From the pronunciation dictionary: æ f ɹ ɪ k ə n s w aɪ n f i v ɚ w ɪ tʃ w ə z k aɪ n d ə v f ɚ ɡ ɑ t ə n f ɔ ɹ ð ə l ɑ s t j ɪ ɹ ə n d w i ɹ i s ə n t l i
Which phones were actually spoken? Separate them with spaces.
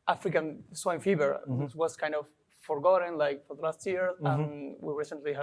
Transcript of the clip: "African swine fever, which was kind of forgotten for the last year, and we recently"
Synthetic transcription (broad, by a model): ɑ f ɹ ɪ k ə n s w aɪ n f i b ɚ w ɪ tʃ w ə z k aɪ n d ə v f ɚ ɡ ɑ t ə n f ɔ ɹ ð ə l ɑ s t j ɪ ɹ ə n w i ɹ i s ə n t l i